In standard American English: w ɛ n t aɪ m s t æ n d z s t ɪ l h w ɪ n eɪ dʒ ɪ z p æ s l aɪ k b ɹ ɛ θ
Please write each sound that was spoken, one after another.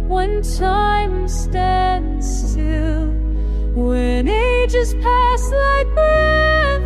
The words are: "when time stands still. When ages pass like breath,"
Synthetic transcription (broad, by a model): w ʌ n t aɪ m s t æ n d z s t ɪ l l w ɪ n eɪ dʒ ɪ s p æ s l aɪ k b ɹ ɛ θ